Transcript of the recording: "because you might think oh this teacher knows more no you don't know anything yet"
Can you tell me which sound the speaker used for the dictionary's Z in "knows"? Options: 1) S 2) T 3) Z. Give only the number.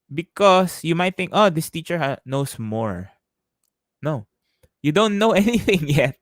1